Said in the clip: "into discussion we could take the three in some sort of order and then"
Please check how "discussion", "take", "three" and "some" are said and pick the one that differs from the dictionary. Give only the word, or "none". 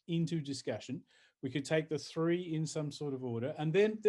none